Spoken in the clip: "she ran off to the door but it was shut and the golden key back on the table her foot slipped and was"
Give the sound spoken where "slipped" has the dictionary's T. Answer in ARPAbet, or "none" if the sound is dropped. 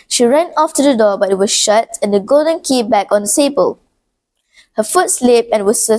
none